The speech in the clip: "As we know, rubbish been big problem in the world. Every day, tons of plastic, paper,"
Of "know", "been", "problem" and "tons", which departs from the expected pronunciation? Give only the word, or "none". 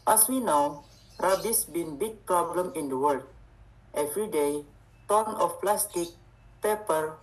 tons